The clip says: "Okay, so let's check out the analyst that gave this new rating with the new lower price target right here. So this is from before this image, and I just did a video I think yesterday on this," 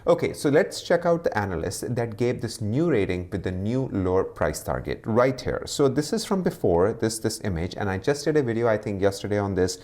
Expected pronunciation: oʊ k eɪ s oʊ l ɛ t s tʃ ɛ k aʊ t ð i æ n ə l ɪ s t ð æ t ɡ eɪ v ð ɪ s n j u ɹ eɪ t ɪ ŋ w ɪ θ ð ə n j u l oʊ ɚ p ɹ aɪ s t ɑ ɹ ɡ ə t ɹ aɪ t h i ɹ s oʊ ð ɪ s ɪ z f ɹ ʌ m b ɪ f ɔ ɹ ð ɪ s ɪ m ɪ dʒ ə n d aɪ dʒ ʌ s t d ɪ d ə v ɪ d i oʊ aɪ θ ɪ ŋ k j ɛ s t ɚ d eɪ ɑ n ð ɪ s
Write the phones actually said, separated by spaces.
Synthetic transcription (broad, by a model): oʊ k eɪ s oʊ l ɛ t s tʃ ɛ k aʊ t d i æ n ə l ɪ s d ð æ t ɡ eɪ v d ɪ s n j u ɹ eɪ t ɪ ŋ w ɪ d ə n j u l oʊ ɚ p ɹ aɪ s t ɑ ɹ ɡ ə t ɹ aɪ t h i ɹ s oʊ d ɪ s ɪ z f ɹ ʌ m b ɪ f ɔ ɹ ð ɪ s ɪ m ɪ dʒ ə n aɪ dʒ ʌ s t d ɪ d ə v ɪ d i oʊ aɪ t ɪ ŋ k j ɛ s t ɚ d eɪ ɑ n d ɪ s